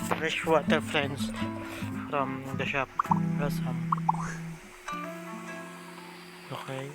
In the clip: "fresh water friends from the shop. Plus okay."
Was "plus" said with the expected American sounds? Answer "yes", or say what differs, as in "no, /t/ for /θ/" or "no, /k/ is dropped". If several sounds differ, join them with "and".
no, /l/ is dropped